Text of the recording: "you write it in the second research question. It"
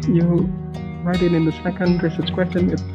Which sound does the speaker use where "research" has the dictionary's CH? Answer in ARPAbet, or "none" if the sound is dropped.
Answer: S